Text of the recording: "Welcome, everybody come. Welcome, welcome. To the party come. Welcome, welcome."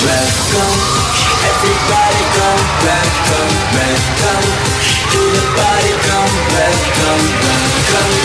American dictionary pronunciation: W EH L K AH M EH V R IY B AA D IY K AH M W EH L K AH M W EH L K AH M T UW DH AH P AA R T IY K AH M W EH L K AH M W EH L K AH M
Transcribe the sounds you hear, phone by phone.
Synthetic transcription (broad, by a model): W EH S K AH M EH V R IY B AA D IY K AH M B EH K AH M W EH K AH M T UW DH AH B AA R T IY K AH M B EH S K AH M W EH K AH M